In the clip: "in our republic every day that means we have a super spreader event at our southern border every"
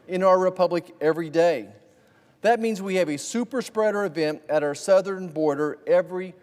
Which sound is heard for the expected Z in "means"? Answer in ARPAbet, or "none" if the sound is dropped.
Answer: Z